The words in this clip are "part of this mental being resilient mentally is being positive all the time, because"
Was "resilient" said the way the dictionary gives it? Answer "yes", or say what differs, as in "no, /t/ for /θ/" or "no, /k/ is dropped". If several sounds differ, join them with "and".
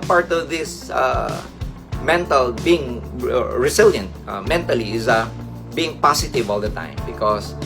no, /s/ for /z/